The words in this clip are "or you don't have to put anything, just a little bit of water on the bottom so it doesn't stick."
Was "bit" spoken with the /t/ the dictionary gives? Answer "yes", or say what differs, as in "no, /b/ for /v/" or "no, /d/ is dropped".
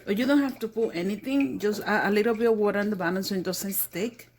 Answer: no, /t/ is dropped